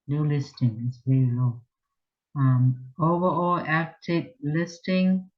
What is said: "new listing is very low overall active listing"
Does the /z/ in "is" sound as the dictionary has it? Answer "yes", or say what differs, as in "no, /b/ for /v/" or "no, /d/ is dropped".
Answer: no, /s/ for /z/